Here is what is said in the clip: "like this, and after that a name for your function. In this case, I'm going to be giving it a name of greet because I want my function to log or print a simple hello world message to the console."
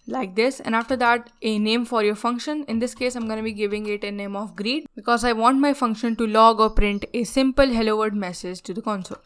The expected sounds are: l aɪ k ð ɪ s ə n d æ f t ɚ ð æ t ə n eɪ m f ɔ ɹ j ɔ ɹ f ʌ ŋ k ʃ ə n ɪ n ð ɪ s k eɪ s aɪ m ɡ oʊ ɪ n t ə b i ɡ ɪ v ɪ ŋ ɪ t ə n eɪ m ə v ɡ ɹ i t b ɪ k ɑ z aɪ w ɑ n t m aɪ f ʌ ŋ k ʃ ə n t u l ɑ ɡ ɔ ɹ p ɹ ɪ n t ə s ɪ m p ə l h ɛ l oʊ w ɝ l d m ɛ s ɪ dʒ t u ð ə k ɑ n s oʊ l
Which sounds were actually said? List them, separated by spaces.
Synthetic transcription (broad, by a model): l aɪ k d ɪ s ə n d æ f t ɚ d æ t ə n eɪ m f ɔ ɹ j ɔ ɹ f ʌ ŋ k ʃ ə n ɪ n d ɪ s k eɪ s aɪ m ɡ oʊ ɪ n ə b i ɡ ɪ v ɪ ŋ ɪ t ə n eɪ m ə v ɡ ɹ i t b ɪ k ɑ z aɪ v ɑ n t m aɪ f ʌ ŋ k ʃ ə n t u l ɑ ɡ ɔ ɹ p ɹ ɪ n t ə s ɪ m p ə l h ɛ l oʊ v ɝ d m ɛ s ɪ dʒ t u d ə k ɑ n s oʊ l